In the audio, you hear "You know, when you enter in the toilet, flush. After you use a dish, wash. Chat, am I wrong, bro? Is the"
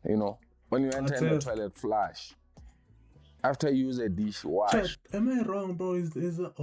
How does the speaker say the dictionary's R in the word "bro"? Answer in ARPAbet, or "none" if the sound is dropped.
none